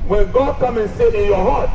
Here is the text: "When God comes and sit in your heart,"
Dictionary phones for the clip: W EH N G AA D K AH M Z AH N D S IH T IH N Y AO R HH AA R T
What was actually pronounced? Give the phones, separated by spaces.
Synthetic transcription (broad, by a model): W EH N G AA D K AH M AH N S IH T IH N Y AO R HH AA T